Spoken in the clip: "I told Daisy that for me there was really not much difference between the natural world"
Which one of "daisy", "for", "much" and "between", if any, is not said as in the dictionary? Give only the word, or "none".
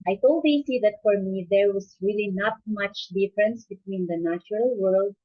daisy